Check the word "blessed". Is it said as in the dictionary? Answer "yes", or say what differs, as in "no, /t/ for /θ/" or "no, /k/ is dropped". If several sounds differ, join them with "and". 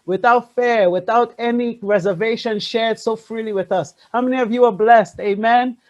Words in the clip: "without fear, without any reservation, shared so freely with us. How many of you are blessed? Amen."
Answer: yes